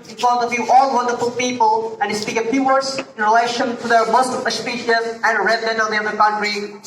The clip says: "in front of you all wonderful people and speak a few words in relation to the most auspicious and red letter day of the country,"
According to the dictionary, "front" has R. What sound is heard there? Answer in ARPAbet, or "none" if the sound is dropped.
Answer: none